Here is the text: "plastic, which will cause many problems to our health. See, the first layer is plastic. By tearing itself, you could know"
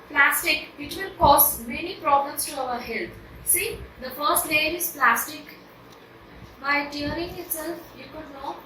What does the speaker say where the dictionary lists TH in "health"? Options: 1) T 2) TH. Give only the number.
1